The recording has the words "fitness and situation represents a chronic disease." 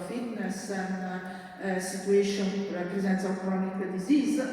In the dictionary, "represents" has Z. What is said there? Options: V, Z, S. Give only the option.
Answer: Z